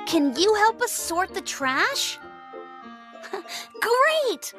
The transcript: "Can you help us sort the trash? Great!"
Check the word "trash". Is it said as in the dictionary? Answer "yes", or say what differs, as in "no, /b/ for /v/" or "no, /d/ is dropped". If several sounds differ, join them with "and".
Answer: yes